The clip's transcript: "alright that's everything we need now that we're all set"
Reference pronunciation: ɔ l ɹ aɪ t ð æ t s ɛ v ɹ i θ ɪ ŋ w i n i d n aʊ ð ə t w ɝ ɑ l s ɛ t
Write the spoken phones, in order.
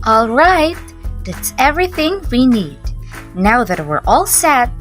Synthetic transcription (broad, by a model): ɔ l ɹ aɪ t ð æ t s ɛ v ɹ i θ ɪ ŋ w i n i d n aʊ ð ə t w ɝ ɑ l s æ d